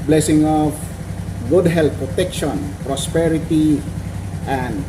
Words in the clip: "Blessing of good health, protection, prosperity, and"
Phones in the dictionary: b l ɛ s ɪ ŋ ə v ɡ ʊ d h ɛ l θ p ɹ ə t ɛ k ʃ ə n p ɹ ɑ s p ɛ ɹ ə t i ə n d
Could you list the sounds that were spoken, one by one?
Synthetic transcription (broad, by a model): b l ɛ s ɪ ŋ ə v ɡ ʊ d h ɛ l t p ɹ ə t ɛ k ʃ ə n p ɹ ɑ s p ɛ ɹ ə t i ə n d